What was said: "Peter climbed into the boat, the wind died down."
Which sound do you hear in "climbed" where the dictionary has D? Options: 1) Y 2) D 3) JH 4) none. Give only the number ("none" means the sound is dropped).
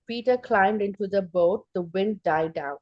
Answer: 2